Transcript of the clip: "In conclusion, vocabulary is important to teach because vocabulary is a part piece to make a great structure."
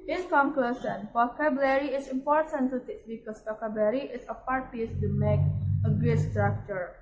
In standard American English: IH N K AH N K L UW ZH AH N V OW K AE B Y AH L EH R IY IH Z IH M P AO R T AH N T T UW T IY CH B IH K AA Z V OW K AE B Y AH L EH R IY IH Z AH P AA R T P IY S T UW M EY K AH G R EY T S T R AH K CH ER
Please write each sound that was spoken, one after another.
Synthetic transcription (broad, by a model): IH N K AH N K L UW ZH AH N F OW K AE B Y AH L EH R IY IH S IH M P AO R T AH N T T UW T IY S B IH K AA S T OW K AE B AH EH R IY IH S AH P AA R T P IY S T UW M EY K AH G R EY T S T R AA K CH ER